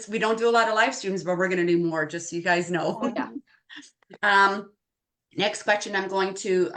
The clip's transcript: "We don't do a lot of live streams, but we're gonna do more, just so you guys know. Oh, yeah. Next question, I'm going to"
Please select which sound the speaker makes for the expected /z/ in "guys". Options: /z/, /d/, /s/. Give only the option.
/z/